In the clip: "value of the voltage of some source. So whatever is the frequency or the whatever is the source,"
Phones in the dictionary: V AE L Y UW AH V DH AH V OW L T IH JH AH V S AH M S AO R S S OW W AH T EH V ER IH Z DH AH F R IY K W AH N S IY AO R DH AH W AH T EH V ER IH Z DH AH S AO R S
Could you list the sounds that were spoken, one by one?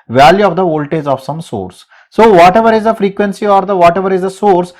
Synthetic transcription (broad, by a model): V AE L Y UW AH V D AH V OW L T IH Z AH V S AH M S AO R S S OW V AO T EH V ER IH Z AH F R IY K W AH N S IY AO R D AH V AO T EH V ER IH Z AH S AO R S